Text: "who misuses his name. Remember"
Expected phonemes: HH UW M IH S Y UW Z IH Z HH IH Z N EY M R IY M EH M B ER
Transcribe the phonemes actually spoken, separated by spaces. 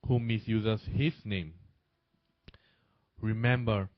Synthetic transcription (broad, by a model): HH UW M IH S Y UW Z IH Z HH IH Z N EY M R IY M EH M B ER